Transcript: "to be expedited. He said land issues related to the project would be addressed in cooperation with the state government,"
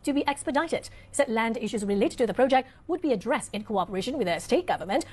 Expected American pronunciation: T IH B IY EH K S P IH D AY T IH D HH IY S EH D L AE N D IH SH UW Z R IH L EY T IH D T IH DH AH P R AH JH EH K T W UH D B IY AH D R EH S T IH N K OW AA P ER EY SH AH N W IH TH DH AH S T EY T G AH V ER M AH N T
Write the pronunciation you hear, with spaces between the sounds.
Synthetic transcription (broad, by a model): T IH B IY EH K S P IH D AY T IH D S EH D L AE N D IH SH UW Z R IH L EY T IH D T IH DH AH P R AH JH EH K T W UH D B IY AH D R EH S T IH N K OW AA P ER EY SH AH N W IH DH AH S T EY T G AH V ER M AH N T